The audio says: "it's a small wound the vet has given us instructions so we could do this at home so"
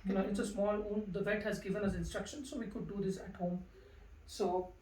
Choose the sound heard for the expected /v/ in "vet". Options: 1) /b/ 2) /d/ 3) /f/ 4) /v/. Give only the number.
4